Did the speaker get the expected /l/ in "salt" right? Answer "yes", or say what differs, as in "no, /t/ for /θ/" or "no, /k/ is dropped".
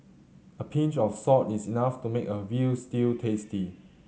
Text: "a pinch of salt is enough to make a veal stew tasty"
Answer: no, /l/ is dropped